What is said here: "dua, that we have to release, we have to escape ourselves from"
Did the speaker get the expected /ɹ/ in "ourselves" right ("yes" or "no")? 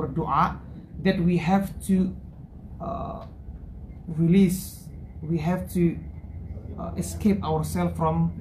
no